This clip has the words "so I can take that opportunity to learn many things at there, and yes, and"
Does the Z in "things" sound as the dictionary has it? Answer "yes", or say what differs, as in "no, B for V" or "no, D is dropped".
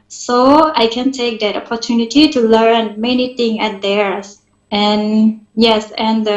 no, Z is dropped